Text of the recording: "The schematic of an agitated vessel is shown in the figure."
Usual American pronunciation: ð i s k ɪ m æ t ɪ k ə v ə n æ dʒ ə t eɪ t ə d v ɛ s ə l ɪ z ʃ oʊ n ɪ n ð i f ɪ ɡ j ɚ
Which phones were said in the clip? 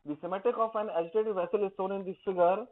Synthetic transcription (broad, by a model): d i s ɪ m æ t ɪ k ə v ə n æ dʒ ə t eɪ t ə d v ɛ s ə l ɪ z s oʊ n ɪ n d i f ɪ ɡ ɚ